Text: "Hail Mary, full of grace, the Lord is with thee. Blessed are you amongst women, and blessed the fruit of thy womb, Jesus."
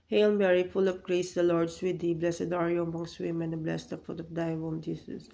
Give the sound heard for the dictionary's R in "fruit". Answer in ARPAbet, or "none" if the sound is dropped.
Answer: none